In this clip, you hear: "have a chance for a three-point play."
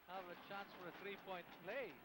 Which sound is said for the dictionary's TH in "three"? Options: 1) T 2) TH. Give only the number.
2